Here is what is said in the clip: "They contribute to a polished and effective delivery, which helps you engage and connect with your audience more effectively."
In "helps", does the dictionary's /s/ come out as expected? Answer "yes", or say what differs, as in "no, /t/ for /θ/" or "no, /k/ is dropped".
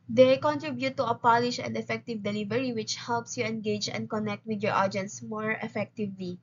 yes